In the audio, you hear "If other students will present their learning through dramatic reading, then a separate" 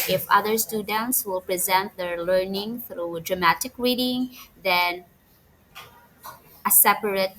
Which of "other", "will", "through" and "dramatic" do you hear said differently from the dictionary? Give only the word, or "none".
none